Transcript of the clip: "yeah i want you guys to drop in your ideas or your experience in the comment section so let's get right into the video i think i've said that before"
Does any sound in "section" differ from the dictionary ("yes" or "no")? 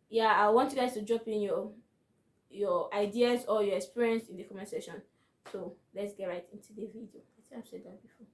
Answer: yes